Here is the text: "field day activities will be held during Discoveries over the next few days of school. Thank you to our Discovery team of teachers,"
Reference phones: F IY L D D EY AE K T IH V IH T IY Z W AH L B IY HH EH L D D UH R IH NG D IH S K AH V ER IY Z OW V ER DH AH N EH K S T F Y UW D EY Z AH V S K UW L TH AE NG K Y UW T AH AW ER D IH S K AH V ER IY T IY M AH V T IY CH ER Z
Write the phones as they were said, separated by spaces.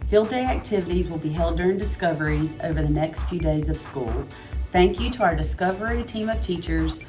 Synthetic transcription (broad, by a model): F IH L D D EY AE K T IH V IH T IY Z W AH L B IY HH EH L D D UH R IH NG D IH S K AH V ER IY Z OW V ER DH AH N EH K S T F Y UW D EY Z AH V S K UW L TH AE NG K Y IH T AH AW ER D IH S K AH V ER IY T IY M AH V T IY CH ER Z